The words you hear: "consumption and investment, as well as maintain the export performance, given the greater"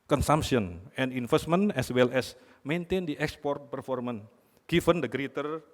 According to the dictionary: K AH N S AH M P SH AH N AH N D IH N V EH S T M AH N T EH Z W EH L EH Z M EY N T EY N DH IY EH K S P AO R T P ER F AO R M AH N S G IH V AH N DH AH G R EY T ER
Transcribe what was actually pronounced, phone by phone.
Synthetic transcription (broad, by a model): K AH N S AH M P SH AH N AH N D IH N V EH S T M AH N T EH S W EH L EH S M EY N T EY N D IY EH K S P AO R T P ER F AO R M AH N G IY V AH N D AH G R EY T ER